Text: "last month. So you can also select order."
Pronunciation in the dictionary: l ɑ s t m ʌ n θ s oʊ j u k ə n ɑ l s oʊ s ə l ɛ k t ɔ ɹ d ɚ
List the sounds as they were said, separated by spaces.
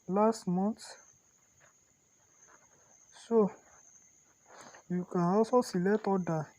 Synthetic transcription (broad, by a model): l ɑ s t m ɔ n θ s oʊ j u k ə n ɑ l s oʊ s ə l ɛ t ɔ d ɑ